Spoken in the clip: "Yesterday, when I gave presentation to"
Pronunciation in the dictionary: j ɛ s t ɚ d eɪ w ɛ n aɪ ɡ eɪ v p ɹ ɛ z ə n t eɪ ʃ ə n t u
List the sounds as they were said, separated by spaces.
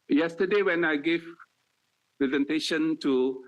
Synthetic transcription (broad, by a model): j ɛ s t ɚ d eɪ w ɛ n aɪ ɡ eɪ v p ɹ ɛ z ə n t eɪ ʃ ə n t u